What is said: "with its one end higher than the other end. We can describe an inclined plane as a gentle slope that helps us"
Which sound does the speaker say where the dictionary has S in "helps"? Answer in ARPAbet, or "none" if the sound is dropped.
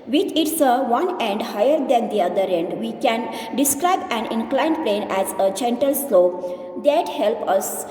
none